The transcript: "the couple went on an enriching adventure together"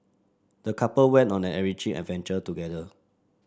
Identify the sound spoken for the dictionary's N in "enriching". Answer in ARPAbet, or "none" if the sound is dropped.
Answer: none